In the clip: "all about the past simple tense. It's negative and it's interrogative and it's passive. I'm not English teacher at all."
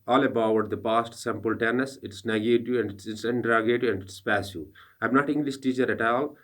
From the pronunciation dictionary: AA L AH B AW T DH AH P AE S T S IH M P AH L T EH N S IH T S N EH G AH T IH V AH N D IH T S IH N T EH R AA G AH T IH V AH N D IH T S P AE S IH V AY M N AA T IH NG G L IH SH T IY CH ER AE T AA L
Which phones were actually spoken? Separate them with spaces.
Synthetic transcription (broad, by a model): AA L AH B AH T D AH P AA S T S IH M P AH L T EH N S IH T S N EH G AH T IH AH N D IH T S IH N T R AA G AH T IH AH N D IH T S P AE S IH AY M N AA T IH NG G L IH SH T IY CH ER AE T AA L